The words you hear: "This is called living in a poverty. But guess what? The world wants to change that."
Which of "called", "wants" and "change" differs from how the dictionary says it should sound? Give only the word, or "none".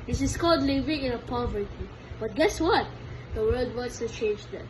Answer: wants